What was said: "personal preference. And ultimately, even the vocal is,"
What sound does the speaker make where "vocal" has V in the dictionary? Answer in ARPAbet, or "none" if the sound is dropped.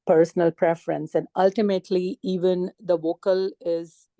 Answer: V